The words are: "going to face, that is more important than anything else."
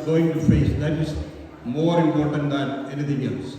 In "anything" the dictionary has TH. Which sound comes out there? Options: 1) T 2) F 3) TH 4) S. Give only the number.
1